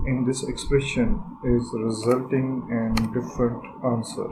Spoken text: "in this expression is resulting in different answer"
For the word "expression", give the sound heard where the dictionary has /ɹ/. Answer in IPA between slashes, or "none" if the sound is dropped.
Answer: /ɹ/